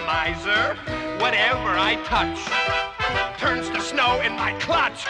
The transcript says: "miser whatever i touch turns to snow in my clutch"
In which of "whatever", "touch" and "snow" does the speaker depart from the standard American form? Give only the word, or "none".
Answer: none